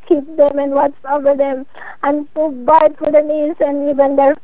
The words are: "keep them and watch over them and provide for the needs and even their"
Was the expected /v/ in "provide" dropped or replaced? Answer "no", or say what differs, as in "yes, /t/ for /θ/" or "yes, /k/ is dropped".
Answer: yes, /b/ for /v/